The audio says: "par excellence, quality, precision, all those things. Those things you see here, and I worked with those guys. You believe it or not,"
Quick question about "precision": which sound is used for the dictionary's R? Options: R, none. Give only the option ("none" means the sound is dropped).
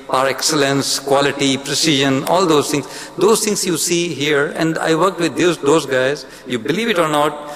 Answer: R